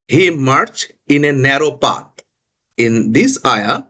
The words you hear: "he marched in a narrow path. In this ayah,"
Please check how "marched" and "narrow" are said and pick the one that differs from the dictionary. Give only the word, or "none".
marched